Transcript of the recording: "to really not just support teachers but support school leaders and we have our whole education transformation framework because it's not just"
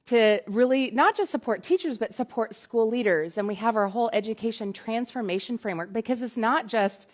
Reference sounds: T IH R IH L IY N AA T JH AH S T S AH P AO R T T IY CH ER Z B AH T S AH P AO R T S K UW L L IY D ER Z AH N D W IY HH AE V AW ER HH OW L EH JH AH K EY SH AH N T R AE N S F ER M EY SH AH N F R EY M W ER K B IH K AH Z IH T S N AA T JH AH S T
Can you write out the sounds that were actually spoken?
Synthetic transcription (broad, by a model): T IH R IH L IY N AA T JH AH S T S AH P AO R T T IY CH ER Z B AH T S AH P AO R T S K UW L L IY D ER Z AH N W IY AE V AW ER HH OW L EH JH AH K EY SH AH N T R AE N S F ER M EY SH AH N F R EY M W ER K B IH K AH Z IH T S N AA T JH AH S T